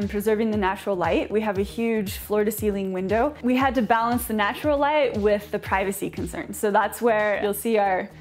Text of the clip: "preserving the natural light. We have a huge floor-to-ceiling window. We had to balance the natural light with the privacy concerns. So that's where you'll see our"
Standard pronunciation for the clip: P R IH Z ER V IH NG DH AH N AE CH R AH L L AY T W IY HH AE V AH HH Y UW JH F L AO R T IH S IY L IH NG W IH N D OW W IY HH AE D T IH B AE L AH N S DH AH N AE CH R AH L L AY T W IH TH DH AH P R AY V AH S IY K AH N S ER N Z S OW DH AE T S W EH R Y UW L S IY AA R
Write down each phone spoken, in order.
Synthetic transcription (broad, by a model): P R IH Z ER V IH NG DH AH N AE CH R L L AY T W IY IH V AH HH Y UW JH F L AO R T IH S IY L IH NG W IH N D OW W IY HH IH D T IH B AE L AH N S DH AH N AE CH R L L AY T W IH DH AH P R AY V AH S IY K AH N S ER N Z S OW DH AE T S W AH R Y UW L S IY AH R